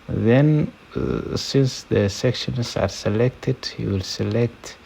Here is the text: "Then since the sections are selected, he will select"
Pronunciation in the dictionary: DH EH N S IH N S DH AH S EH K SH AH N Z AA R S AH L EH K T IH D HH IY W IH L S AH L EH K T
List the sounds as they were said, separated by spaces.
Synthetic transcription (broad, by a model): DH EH N S IH N S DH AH S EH K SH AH N S AA R S AH L EH K T IH D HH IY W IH L S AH L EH K T